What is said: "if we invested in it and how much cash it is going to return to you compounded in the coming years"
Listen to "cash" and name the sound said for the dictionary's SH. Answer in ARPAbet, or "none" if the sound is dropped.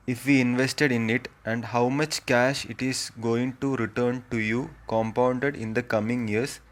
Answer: SH